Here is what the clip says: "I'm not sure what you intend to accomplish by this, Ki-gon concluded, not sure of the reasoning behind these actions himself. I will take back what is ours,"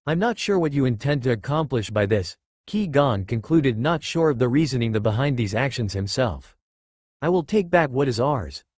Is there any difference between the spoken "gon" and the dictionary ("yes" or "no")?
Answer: no